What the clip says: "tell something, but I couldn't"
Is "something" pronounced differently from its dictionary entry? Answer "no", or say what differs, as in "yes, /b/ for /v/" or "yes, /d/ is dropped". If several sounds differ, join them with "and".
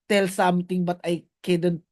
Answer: yes, /t/ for /θ/